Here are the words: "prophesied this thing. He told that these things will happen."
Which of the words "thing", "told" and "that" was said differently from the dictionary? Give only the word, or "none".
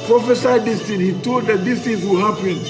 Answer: thing